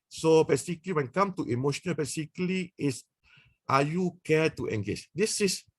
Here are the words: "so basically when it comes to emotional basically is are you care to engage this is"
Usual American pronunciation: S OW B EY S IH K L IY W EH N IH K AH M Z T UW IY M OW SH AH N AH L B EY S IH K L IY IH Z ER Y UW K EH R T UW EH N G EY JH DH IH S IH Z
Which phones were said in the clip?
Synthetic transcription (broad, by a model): S OW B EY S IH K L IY W EH N K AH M T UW IY M OW SH AH N AH L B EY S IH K L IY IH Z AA Y UW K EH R T UW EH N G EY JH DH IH S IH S